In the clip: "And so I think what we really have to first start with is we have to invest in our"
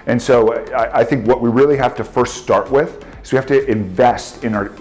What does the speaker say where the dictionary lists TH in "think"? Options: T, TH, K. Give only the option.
TH